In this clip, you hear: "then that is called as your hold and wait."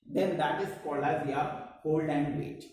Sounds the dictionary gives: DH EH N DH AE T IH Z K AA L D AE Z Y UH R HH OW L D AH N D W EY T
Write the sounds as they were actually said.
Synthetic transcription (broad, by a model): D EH N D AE T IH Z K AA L AE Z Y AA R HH OW L D AH N D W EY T